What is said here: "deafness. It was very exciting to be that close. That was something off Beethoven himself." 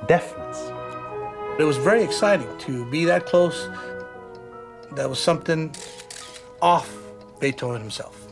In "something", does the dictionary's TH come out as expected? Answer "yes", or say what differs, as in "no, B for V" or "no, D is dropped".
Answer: yes